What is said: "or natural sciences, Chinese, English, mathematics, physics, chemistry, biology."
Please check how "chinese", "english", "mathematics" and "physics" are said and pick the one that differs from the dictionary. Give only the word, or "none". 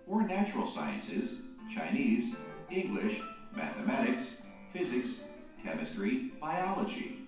none